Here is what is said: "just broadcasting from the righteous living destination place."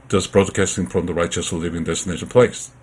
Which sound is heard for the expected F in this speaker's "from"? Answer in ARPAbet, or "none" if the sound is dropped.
F